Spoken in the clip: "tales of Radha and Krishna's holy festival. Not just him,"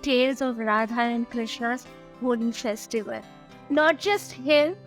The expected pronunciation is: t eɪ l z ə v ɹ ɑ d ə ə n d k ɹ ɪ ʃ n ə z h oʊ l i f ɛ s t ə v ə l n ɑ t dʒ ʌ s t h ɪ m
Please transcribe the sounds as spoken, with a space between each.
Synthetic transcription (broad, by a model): t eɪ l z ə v ɹ ɑ d ə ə n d k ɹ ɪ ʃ ə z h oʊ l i f ɛ s t ə v ə l n ɑ t dʒ ʌ s t h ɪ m